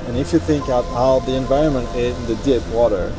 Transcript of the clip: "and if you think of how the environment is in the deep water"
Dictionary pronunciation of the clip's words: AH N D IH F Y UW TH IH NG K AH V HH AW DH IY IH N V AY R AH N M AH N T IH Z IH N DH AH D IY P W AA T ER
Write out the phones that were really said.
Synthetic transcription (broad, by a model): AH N IH F Y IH TH IH NG K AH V HH AW DH IY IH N V AY R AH N M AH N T IH Z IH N DH AH D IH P W AA T ER